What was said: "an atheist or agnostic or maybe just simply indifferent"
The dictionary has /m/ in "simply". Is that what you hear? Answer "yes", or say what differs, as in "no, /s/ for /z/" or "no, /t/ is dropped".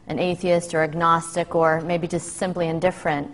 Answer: yes